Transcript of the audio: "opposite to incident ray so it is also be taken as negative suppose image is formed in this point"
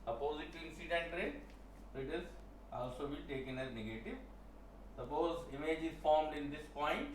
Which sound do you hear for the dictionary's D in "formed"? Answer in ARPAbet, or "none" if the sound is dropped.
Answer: D